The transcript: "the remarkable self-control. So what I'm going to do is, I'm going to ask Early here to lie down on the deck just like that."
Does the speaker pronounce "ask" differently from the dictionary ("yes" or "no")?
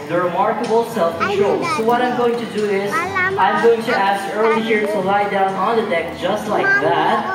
no